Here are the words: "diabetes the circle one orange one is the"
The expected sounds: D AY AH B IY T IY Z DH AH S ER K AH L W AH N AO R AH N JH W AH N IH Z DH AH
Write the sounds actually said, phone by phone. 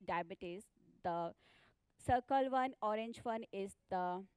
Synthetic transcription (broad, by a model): D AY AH B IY T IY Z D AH S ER K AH L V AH N AO R AH N JH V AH N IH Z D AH